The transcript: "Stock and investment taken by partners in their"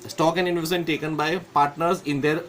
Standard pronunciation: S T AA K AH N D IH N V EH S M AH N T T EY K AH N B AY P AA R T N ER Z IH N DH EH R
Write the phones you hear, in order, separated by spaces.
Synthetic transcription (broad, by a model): S T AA K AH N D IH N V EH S AH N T T EY K AH N B AY P AA R T N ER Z IH N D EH R